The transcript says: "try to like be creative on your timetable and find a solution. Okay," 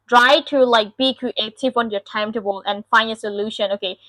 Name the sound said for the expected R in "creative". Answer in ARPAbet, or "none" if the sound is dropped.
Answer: none